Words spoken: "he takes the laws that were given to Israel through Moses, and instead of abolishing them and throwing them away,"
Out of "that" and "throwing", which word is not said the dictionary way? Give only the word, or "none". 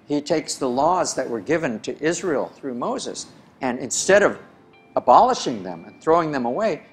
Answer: none